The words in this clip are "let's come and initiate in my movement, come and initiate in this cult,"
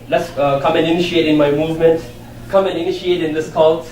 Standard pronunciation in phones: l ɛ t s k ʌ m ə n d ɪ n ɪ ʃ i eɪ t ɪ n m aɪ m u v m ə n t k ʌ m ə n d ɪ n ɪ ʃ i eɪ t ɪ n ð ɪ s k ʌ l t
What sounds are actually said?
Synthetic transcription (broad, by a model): l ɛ t s k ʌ m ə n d ɪ n ɪ ʃ i eɪ t ɪ n m aɪ m u v m ə n t k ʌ m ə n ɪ n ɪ ʃ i eɪ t ɪ n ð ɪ s k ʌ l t